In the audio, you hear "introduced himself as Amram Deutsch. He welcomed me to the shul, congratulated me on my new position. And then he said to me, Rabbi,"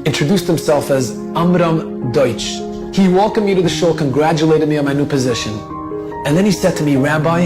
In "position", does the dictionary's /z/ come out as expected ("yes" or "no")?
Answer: yes